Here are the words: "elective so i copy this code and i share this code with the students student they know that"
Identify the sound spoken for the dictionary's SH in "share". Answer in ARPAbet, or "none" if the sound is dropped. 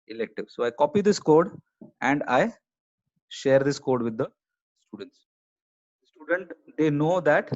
SH